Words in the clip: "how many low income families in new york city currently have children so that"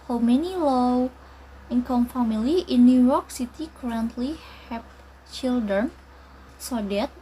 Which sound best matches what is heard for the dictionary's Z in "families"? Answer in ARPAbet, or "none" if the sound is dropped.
none